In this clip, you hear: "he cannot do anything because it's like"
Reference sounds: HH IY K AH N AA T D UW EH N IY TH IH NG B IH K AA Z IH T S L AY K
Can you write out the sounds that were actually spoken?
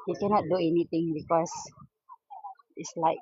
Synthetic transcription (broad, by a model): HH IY K AH N AA T D UW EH N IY T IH NG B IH K AA S IH T S L AY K